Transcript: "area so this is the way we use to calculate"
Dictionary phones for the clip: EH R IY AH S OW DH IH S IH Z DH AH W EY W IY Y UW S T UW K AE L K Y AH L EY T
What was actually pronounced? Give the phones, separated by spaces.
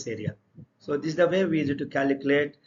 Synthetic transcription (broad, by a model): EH R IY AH S OW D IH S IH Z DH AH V EY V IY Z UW T UW K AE L K Y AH L EY T